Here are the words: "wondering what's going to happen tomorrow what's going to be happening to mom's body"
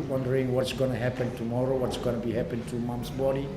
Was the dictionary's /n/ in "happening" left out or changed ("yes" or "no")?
yes